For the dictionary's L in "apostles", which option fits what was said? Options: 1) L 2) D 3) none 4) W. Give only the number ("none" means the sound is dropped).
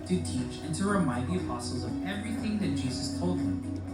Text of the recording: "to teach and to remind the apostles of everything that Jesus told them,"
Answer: 3